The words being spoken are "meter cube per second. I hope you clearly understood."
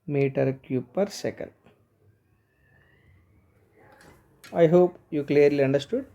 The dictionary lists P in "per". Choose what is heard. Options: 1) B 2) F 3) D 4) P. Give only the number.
4